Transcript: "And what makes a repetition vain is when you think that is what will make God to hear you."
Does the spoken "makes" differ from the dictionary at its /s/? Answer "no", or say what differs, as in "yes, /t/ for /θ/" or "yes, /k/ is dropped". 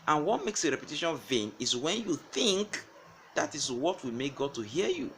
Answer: no